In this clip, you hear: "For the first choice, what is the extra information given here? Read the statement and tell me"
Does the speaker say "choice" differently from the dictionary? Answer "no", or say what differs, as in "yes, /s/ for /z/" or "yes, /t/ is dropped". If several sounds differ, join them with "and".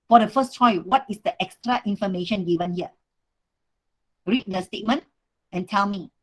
yes, /s/ is dropped